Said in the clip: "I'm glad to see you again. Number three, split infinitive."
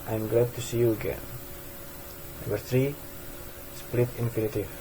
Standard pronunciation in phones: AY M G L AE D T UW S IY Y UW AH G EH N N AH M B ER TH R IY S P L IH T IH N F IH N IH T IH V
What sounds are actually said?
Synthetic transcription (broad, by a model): AY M G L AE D T UW S IY Y UW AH G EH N N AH B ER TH R IY S P L IH T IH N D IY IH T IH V